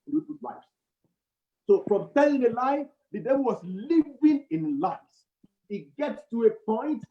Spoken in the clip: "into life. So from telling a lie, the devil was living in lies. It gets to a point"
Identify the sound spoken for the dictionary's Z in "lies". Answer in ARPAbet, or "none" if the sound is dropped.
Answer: none